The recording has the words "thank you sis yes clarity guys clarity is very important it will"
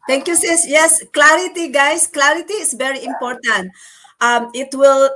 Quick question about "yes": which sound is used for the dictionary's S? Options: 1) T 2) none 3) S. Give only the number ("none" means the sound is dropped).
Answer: 3